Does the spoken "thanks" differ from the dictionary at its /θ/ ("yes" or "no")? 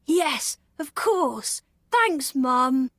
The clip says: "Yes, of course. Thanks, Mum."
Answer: no